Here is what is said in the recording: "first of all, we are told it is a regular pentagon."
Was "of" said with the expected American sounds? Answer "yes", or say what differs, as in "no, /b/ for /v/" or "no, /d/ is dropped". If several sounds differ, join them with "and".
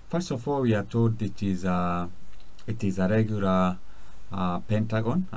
no, /f/ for /v/